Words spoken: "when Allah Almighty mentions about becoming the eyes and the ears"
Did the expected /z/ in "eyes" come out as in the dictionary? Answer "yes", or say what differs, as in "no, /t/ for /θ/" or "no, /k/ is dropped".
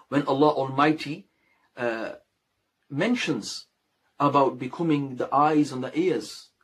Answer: yes